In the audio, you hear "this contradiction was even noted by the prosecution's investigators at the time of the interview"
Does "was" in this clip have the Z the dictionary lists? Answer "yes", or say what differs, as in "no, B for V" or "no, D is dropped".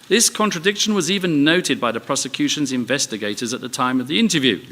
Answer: yes